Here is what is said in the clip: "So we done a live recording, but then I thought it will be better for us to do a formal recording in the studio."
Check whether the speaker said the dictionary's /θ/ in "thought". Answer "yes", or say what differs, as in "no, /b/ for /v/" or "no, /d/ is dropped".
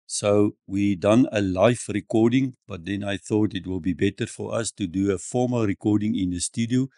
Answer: yes